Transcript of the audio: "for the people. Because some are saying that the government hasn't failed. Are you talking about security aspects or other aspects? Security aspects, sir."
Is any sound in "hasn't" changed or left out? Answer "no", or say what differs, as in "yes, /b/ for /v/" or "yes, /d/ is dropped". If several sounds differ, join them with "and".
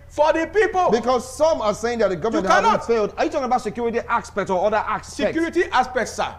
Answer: yes, /n/ is dropped